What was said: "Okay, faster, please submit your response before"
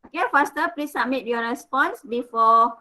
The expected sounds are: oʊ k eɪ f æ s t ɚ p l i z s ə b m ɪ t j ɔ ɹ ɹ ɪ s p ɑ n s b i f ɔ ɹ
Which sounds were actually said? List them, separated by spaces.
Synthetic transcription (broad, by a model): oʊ k eɪ f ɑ s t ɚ p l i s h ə m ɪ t j ɔ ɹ ɹ ɪ s p ɑ n s b i f ɔ